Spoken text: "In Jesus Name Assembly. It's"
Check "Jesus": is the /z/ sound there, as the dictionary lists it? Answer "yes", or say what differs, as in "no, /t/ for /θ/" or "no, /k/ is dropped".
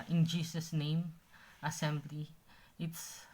no, /s/ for /z/